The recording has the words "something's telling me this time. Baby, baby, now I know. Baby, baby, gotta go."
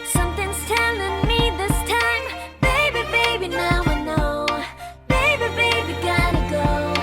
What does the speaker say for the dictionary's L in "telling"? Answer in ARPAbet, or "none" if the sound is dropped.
N